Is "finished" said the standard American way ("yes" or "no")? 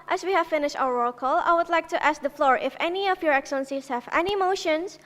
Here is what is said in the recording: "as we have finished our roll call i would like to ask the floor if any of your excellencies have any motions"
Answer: yes